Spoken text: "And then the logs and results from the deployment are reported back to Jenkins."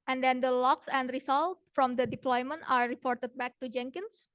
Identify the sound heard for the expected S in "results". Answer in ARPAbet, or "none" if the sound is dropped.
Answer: none